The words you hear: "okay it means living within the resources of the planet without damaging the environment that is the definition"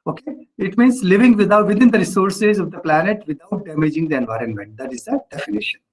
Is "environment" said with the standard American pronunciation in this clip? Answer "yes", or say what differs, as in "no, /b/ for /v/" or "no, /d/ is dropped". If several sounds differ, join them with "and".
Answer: yes